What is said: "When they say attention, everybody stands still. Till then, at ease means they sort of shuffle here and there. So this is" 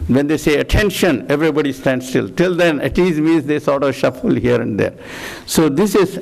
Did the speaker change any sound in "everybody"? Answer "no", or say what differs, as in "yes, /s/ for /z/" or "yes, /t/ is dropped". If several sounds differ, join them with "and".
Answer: no